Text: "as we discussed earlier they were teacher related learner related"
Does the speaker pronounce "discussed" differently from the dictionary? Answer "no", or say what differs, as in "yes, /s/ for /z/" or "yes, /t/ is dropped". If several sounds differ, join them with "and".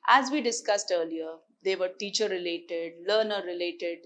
no